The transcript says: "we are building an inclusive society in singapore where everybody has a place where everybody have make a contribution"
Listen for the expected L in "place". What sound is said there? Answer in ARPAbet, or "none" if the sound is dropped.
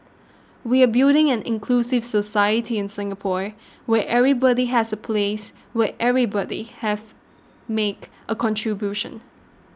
L